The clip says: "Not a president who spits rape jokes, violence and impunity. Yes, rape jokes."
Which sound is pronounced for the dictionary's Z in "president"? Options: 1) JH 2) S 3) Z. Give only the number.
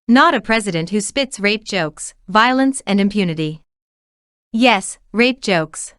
3